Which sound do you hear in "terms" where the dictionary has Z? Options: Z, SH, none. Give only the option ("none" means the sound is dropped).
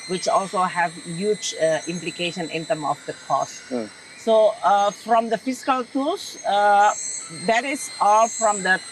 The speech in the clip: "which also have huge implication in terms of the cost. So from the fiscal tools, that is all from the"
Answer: none